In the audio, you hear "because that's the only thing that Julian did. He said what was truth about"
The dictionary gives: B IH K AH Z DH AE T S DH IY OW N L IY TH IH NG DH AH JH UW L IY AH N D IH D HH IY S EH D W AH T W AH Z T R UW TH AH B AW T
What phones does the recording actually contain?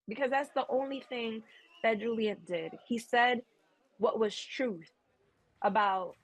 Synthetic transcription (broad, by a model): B IH K AH Z DH AE T S DH IY OW N L IY TH IH NG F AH JH UW L IY AH N D IH D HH IY S EH D W AH T W AH Z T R UW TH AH B AW T